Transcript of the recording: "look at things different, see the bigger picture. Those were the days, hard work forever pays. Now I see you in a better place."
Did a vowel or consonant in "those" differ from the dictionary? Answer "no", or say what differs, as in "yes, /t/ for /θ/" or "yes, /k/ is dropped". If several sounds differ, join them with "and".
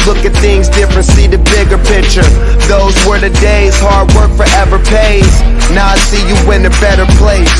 no